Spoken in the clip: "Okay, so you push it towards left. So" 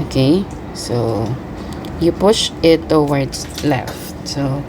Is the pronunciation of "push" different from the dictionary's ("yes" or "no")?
no